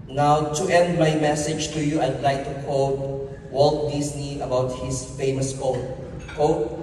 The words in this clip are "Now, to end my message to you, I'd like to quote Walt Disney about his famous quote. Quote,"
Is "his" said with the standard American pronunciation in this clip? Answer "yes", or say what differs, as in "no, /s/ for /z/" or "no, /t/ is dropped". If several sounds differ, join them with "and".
no, /s/ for /z/